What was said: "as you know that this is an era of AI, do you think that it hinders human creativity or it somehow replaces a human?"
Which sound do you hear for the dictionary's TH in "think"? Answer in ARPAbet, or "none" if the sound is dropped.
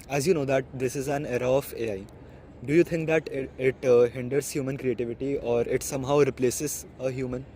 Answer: T